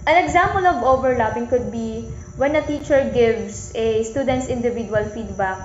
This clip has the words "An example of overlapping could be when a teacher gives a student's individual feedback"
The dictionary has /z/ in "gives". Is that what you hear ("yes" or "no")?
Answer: no